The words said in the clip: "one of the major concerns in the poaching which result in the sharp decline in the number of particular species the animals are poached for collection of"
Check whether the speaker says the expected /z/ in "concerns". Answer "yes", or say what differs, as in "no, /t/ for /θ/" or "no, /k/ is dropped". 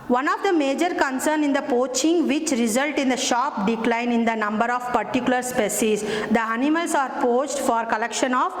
no, /z/ is dropped